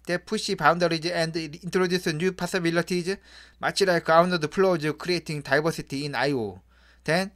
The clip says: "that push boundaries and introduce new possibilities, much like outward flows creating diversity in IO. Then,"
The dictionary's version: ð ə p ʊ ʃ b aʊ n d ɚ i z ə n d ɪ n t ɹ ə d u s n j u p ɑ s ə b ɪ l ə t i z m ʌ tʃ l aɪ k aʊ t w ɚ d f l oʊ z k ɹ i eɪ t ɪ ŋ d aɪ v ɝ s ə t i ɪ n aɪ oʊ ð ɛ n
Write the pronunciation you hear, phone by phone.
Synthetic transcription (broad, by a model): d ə p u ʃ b aʊ n d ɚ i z ə n d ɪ n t ɹ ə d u s n j u p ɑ s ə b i l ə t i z m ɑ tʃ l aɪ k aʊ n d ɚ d p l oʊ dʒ k ɹ i eɪ t ɪ ŋ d aɪ b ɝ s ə t i ɪ n aɪ oʊ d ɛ n